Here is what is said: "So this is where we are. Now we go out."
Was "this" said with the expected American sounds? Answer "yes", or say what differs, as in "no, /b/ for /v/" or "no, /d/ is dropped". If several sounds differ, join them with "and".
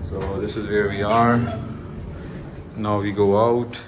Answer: yes